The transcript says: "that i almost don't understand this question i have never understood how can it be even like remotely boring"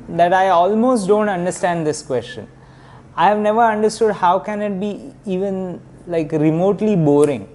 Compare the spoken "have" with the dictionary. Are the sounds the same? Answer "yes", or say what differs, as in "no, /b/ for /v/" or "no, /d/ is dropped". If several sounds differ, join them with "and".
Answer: yes